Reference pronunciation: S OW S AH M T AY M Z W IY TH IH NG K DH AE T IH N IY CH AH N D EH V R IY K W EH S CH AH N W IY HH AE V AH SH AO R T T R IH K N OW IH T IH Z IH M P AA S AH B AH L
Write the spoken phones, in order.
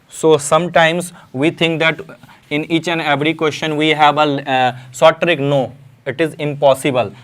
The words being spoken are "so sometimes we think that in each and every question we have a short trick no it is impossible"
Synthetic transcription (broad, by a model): S OW S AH M T AY M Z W IY T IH NG K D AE T IH N IY CH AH N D EH V R IY K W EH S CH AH N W IY HH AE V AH S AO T T R IH K N OW IH T IH Z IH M P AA S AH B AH L